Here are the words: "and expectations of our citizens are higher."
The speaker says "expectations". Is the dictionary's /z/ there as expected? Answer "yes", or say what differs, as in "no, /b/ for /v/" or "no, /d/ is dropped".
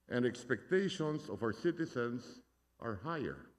no, /s/ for /z/